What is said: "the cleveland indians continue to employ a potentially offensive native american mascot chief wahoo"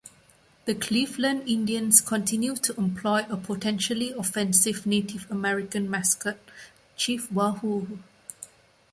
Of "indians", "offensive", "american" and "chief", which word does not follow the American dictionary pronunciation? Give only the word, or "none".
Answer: indians